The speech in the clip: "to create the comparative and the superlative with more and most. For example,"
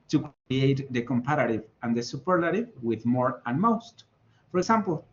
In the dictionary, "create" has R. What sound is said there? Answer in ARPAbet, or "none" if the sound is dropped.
none